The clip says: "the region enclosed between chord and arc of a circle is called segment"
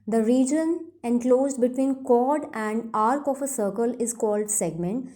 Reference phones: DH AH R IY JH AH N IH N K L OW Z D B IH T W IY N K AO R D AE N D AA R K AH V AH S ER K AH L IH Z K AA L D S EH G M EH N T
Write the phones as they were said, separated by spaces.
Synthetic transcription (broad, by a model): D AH R IY JH AH N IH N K L OW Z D B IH T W IY N K AO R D AE N D AA R K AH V AH S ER K AH L IH Z K AA L D S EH G M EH N T